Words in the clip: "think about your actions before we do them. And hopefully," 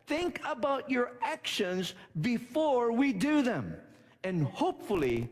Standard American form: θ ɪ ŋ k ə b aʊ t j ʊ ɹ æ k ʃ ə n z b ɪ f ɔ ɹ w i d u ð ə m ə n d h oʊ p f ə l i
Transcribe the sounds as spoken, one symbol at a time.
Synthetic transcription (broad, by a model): θ ɪ ŋ k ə b aʊ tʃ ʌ ɹ æ k ʃ ə n z b ɪ f ɔ ɹ w i d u ð ə m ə n h oʊ p f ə l i